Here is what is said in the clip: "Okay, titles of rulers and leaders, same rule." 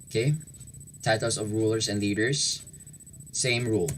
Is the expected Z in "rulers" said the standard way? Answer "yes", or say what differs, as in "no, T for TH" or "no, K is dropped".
no, S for Z